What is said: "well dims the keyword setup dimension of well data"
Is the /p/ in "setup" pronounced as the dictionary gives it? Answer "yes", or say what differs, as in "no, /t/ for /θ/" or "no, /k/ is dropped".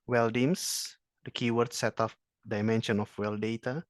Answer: no, /f/ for /p/